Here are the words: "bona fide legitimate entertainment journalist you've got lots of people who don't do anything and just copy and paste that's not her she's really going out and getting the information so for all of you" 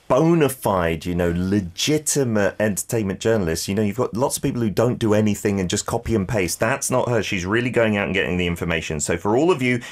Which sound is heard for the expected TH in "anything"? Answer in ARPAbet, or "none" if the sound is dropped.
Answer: TH